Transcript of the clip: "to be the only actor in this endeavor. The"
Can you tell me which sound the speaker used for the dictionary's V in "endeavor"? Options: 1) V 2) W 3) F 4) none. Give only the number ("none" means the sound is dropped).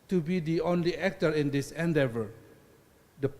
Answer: 1